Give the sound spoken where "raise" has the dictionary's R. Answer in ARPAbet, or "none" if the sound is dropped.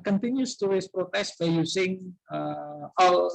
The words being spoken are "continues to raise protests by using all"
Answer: W